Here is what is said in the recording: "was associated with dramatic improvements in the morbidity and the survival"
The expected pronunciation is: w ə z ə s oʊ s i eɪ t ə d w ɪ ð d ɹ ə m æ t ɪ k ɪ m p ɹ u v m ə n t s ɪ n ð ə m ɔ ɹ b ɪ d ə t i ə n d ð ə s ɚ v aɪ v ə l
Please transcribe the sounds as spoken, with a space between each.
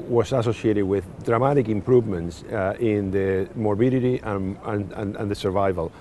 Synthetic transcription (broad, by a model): w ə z ə s oʊ s i eɪ t ə d w ɪ ð d ɹ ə m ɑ t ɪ k ɪ m p ɹ u v m ə n t s ɪ n ð ə m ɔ ɹ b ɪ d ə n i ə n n ð ə s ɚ v aɪ v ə l